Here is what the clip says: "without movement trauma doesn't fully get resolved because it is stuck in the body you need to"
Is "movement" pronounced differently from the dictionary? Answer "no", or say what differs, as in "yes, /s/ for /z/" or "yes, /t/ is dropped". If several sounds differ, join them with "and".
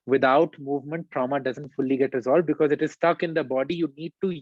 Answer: no